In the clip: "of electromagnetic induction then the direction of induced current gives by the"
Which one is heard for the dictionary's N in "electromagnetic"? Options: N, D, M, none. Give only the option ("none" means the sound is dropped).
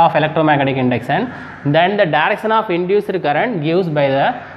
none